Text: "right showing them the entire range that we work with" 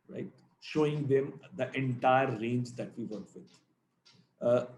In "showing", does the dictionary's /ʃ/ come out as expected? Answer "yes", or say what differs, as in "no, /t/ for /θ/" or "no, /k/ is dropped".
yes